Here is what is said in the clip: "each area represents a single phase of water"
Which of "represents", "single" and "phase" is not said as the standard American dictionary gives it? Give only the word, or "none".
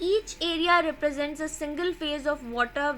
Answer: none